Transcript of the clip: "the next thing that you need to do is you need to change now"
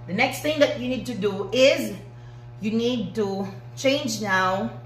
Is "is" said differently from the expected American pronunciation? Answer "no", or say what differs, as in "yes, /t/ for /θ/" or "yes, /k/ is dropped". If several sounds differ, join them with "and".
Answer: no